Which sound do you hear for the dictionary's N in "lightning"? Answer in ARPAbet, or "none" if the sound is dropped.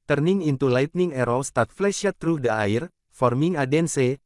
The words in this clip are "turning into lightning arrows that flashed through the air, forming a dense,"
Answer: N